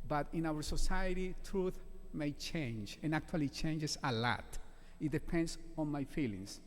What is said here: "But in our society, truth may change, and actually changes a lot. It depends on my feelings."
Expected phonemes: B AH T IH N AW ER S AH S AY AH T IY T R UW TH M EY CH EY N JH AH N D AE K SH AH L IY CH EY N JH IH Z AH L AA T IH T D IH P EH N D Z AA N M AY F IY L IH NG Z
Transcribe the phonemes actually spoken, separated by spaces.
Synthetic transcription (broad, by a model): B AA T IH N AW ER S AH S AY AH T IY T R UW TH M EY CH EY N JH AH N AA K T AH L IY CH EY N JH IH S AH L AA T IH T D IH P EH N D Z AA N M AY F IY L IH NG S